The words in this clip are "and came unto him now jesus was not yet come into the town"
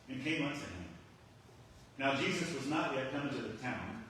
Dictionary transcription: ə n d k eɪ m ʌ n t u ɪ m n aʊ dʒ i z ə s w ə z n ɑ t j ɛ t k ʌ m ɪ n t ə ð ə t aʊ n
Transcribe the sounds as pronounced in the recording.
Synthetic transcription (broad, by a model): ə n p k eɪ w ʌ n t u ɪ m n aʊ dʒ i z ə s w ə z n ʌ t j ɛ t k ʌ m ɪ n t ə ð ə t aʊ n